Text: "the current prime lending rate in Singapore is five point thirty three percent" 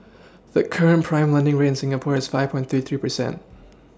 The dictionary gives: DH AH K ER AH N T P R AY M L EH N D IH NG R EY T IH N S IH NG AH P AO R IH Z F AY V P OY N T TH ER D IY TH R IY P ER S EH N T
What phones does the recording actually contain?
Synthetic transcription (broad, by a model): DH AH K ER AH N P R AY M L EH N D IH NG R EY IH N S IH NG AH P AO R IH Z F AY V P OY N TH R IY TH R IY P ER S EH N T